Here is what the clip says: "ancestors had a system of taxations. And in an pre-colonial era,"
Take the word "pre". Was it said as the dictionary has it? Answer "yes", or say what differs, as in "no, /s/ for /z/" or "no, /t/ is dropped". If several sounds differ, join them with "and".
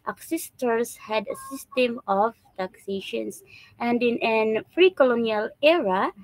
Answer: no, /f/ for /p/